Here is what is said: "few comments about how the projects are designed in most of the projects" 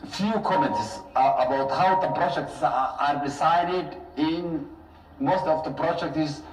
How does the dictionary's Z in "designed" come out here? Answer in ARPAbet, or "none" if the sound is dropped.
S